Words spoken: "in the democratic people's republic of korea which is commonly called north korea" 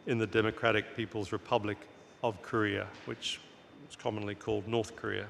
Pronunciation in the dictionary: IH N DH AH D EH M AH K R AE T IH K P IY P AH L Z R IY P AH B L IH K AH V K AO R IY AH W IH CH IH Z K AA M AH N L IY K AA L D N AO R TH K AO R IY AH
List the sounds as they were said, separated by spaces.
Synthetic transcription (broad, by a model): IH N DH AH D EH M AH K R AE T IH K P IY P AH L Z R IY P AH B L IH K AH V K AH R IY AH W IH CH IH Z K AA M AH N L IY K AA L D N AO R TH K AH R IY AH